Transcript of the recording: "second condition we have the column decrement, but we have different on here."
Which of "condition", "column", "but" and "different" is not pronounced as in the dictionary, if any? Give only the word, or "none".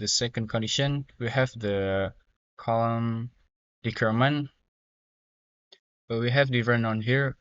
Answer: different